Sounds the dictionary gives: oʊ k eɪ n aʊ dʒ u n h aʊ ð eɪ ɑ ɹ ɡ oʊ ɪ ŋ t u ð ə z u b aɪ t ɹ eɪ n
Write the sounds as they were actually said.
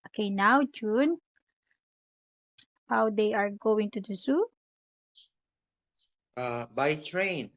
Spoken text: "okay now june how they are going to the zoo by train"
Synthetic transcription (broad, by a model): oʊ k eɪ n aʊ dʒ u n h aʊ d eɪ ɑ ɹ ɡ oʊ ɪ ŋ t u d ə s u b aɪ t ɹ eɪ n